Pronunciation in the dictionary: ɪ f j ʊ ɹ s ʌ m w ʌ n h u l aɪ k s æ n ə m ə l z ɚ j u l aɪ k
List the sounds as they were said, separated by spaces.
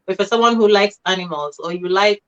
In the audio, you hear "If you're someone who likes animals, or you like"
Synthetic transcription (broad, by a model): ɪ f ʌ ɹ s ʌ m w ʌ n h u l aɪ k s æ n ə m ə l z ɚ j u l aɪ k